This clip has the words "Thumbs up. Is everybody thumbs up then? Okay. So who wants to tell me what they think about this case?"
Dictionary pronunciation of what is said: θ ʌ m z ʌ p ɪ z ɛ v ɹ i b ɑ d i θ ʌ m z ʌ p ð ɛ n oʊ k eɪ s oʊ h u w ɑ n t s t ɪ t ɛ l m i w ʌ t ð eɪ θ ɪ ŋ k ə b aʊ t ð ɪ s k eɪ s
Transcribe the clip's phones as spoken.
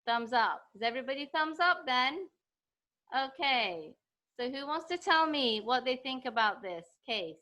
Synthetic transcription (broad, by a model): θ ʌ m z ʌ p ɪ z ɛ v ɹ i b ɑ d i θ ʌ m z ʌ p ð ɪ n oʊ k eɪ s oʊ h u w ɑ n t s t ɪ t ɛ l m i w ʌ t ð eɪ θ ɪ ŋ k ə b aʊ t ð ɪ s k eɪ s